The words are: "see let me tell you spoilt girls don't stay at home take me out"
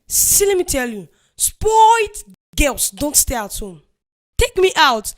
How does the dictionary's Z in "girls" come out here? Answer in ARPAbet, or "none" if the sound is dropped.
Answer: S